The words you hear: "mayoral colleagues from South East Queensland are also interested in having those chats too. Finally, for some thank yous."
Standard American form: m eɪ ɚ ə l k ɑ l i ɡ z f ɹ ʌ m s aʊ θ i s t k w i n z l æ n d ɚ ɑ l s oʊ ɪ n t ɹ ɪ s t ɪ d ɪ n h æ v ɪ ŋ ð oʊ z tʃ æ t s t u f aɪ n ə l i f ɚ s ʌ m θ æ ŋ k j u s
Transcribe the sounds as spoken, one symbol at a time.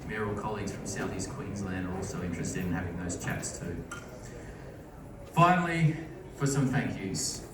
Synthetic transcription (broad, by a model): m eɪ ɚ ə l k ɑ l i ɡ z f ɹ ʌ m s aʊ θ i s k w i n z l æ n d ɚ ɑ l s oʊ ɪ n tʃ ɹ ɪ s t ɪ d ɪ n h æ v ɪ ŋ ð oʊ z tʃ æ t s t u f aɪ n l i f ɚ s ʌ m θ æ ŋ k j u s